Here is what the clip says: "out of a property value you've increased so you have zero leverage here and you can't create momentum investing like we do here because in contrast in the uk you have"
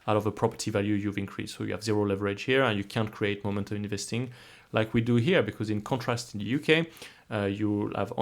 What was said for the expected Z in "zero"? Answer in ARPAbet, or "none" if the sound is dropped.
Z